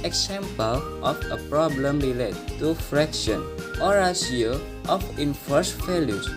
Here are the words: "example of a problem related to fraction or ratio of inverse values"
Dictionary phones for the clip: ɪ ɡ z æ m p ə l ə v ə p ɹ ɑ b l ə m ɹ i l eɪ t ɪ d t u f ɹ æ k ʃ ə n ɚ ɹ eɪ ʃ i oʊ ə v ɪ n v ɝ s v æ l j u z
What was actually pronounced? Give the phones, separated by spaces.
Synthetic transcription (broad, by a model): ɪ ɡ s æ m p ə l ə f ə p ɹ ɑ b l ə m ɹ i l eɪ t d t u f ɹ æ k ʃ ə n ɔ ɹ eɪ s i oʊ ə f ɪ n f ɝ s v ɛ l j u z